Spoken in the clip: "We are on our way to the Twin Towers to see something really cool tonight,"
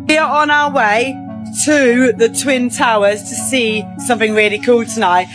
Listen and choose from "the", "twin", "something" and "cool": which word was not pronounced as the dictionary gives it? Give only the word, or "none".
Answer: none